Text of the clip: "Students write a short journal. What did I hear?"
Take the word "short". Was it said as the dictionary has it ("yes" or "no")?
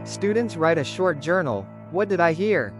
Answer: yes